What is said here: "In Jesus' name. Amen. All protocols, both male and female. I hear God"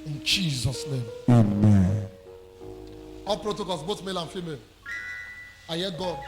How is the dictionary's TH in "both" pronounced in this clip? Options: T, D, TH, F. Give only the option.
T